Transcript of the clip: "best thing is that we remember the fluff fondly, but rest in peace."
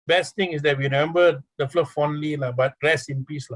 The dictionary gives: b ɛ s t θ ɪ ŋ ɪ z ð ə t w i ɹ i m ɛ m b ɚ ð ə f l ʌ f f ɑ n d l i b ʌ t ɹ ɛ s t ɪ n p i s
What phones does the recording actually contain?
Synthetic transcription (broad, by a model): b ɛ s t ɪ ŋ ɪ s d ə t w i ɹ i m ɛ m b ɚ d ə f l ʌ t f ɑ n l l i b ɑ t ɹ ɛ s ɪ n p i s